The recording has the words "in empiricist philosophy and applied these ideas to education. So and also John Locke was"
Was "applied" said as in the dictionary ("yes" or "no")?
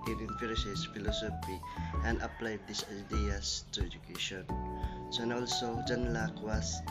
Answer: yes